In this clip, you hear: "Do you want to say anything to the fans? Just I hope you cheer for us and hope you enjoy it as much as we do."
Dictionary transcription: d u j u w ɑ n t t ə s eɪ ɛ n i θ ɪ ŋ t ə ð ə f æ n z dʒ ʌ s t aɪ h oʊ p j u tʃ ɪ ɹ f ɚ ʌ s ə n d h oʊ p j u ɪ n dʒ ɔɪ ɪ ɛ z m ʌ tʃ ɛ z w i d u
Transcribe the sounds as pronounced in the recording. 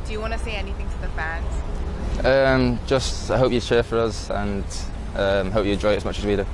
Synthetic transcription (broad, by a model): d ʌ j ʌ w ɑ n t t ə s eɪ ɛ n i θ ɪ ŋ t ə ð ə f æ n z dʒ ʌ s t aɪ h oʊ p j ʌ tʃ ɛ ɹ f ɚ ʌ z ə n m h oʊ p j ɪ dʒ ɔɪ ɪ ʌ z m ʌ tʃ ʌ z w i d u